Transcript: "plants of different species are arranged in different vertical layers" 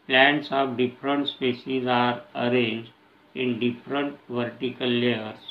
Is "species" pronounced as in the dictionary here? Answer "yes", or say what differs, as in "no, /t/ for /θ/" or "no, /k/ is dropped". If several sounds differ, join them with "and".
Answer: no, /s/ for /ʃ/